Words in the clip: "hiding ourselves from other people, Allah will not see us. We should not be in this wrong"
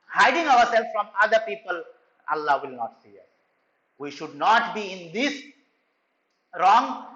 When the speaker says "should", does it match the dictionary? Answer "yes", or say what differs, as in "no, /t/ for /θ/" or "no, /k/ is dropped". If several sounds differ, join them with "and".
yes